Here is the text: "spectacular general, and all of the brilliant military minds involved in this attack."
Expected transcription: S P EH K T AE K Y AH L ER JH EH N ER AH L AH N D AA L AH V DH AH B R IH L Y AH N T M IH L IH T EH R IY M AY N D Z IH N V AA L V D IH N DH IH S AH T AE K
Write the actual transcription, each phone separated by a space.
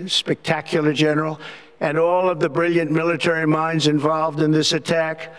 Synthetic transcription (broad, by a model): S P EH K T AE K Y L ER JH EH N ER L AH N AA L AH V DH AH B R IH L Y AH N M IH L IH T EH R IY M AY N D Z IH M V AA L V D IH N DH IH S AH T AE K